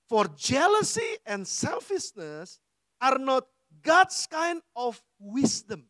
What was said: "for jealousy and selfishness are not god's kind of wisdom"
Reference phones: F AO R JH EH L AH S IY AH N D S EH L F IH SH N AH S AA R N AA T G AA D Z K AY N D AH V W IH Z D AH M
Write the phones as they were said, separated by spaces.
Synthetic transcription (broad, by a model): F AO R JH EH L AH S IY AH N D S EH L F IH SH N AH S AA R N AA T G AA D S K AY N D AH F W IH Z D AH M